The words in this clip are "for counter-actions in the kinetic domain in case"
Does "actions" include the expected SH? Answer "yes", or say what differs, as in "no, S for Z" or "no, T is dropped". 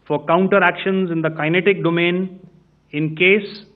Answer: yes